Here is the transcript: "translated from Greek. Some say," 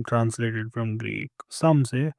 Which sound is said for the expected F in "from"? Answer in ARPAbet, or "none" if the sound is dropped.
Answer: F